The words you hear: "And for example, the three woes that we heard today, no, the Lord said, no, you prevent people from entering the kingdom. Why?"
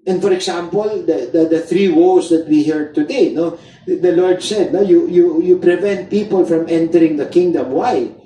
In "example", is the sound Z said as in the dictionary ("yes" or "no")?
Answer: no